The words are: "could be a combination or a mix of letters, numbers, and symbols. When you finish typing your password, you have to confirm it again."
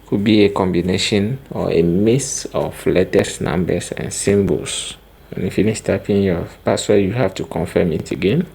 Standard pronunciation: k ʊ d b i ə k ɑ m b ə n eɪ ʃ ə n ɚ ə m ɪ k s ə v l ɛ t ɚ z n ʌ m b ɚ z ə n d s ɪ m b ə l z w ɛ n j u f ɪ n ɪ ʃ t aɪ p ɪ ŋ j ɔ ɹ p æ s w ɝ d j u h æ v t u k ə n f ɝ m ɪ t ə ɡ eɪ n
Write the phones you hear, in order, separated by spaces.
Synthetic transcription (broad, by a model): k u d b i ə k ɑ m b ə n eɪ ʃ ə n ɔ ə m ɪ s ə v l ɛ t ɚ s n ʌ m b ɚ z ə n s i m b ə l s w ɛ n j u f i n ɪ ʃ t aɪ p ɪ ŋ j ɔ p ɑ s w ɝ j u h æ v t u k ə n f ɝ m ɪ t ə ɡ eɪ n